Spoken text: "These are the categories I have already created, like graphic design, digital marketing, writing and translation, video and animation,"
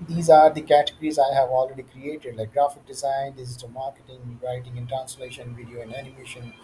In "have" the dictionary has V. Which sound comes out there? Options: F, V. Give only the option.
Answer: V